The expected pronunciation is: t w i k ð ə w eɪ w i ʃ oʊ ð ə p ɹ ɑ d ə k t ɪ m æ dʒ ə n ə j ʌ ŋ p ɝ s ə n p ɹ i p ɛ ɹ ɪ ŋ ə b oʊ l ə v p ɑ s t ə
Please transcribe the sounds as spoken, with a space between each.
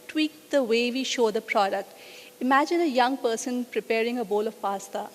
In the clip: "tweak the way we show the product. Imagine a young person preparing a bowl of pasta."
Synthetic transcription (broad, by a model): t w i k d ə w eɪ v i ʃ oʊ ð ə p ɹ ɑ d ə k t ɪ m æ dʒ ə n ə j ʌ ŋ p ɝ s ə n p ɹ i p ɛ ɹ ɪ ŋ ə b oʊ l ə v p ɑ s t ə